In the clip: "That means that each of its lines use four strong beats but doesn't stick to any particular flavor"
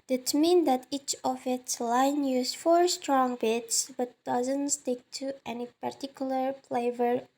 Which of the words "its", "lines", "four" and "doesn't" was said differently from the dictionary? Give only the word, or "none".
lines